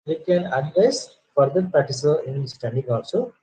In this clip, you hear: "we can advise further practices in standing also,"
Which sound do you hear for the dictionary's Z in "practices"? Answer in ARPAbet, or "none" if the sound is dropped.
none